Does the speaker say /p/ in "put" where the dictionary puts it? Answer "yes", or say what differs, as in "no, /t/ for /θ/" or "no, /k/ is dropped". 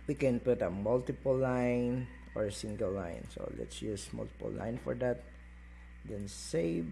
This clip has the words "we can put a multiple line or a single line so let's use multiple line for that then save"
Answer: yes